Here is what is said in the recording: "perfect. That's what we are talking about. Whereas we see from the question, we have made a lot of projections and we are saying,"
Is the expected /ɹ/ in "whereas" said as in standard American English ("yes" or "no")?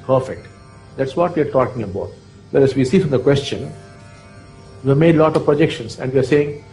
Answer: no